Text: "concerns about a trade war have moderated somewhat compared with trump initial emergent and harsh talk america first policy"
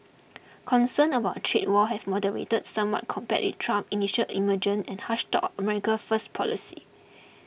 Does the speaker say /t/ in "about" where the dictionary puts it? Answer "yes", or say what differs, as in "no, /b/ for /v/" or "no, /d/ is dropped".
no, /t/ is dropped